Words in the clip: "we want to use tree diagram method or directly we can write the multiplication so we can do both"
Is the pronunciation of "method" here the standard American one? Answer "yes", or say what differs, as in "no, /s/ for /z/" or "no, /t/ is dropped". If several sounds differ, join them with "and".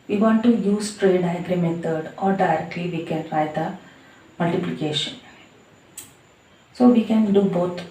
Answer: no, /t/ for /θ/